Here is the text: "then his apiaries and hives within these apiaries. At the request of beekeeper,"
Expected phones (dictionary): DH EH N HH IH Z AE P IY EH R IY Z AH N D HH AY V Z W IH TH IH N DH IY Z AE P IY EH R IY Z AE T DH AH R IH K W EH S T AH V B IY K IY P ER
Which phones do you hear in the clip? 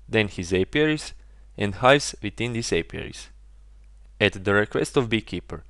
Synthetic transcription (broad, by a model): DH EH N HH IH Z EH P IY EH R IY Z AH N D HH AY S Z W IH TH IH N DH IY S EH P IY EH R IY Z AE T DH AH R IH K W EH S T AH V B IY K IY P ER